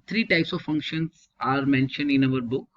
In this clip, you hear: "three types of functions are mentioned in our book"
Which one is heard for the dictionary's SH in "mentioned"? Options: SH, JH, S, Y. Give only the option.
SH